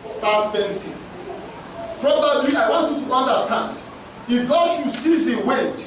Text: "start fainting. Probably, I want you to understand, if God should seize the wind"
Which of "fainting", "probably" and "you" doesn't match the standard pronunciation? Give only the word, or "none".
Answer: fainting